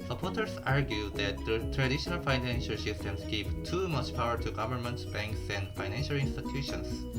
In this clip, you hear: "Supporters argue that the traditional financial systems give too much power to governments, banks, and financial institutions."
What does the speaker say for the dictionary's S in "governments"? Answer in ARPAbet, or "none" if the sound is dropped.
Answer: none